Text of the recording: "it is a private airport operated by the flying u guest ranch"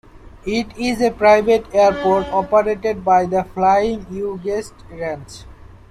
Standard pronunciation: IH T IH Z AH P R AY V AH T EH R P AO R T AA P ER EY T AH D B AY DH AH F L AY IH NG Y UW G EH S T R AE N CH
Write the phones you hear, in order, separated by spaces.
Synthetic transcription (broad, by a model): IH T IH Z AH P R AY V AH T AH R P AO R T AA P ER EY T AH D B AY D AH F L AY IH NG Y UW G EH S T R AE N S